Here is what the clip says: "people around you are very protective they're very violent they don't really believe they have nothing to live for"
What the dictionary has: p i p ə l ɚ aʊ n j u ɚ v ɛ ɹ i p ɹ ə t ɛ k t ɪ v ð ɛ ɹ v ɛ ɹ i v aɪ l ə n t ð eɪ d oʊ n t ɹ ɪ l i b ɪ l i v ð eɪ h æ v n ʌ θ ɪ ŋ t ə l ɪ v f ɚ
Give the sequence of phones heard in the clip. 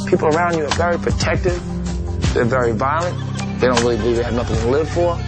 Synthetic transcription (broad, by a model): p i p l ɚ aʊ n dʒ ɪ ɚ v ɛ ɹ i p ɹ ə t ɛ k t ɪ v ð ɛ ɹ v ɛ ɹ i v aɪ l ə n t ð eɪ d oʊ n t ɹ ɪ l i b ɪ l i v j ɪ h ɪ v n ʌ θ ɪ ŋ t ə l ɪ v f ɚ